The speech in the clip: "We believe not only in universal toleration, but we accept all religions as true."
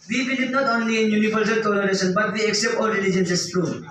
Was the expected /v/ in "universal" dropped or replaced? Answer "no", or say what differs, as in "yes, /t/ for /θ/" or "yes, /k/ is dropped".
yes, /p/ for /v/